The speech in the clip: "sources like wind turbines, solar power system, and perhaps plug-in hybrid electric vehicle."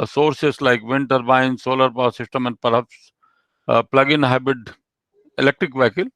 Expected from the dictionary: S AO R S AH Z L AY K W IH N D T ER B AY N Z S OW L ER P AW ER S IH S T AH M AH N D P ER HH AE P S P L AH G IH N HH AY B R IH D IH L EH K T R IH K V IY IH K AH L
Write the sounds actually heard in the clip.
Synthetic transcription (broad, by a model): S AO R S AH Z L AY K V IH N T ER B AY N S OW L ER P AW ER S IH S T AH M AH N D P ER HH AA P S P L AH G IH N HH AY B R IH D IH L EH K T R IH K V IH K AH L